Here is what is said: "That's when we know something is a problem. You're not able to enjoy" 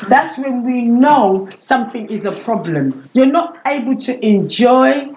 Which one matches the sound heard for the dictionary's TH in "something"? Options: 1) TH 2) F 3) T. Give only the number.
1